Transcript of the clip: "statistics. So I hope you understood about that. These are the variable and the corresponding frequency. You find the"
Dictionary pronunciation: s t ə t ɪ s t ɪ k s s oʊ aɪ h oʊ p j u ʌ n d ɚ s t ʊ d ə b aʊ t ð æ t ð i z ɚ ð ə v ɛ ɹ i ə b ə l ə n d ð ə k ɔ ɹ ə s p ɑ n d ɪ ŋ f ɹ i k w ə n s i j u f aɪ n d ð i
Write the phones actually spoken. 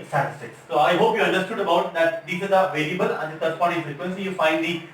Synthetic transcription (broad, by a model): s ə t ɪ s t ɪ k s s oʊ aɪ h oʊ p j u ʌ n d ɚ s t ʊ d ə b aʊ t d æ t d i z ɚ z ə v ɛ l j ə b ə l ə n d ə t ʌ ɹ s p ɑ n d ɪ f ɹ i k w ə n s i j u f aɪ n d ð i